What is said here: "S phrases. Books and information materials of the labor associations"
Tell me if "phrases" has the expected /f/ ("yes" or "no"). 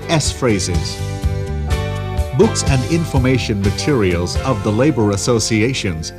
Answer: yes